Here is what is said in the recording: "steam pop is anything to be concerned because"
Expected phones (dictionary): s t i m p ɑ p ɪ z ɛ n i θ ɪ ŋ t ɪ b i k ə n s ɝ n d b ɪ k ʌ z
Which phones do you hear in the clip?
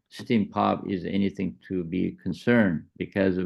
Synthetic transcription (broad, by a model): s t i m p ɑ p ɪ z ɛ n i θ ɪ ŋ t ɪ b i k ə n s ɝ n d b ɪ k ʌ z